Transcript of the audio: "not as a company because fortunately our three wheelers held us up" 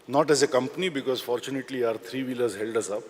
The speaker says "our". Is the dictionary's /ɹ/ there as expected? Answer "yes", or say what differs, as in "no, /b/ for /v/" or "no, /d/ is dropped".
yes